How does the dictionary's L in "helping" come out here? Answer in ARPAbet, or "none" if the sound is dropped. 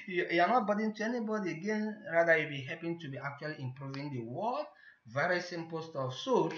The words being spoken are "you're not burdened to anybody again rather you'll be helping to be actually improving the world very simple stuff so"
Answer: none